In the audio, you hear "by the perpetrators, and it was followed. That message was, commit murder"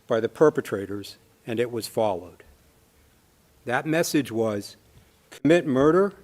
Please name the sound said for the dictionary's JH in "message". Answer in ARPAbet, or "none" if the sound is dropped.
JH